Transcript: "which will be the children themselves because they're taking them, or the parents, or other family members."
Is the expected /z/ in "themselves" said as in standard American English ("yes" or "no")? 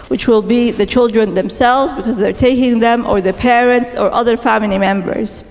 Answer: yes